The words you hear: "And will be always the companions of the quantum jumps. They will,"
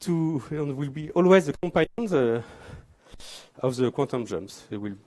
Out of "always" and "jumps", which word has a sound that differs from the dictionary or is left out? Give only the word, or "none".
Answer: jumps